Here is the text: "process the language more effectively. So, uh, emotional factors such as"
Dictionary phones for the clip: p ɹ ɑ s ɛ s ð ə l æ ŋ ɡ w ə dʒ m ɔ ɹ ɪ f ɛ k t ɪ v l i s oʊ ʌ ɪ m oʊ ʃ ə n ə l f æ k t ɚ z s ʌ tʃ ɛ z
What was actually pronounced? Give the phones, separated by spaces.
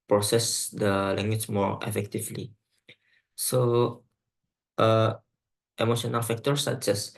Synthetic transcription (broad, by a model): p ɹ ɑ s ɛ s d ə l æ ŋ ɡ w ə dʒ m ɔ ɹ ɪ f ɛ k t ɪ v l i s oʊ ʌ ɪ m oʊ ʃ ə n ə l f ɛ k t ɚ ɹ s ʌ s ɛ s